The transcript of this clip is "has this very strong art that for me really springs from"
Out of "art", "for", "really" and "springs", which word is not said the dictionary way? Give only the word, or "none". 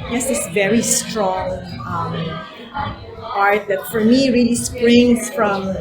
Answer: springs